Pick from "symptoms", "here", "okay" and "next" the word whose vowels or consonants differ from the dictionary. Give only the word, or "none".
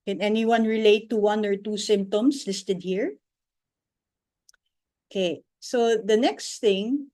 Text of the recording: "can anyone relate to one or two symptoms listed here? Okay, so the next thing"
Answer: symptoms